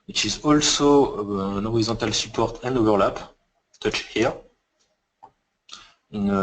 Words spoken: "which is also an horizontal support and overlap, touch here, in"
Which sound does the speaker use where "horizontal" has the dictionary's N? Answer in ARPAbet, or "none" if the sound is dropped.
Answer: none